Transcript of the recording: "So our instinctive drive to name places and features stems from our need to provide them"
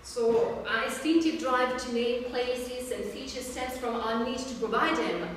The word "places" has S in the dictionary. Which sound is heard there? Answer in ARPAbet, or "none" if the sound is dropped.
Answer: S